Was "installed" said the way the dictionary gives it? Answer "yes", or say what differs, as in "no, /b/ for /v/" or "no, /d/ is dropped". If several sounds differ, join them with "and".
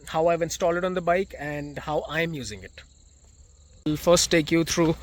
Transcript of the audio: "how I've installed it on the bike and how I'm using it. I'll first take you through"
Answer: no, /d/ is dropped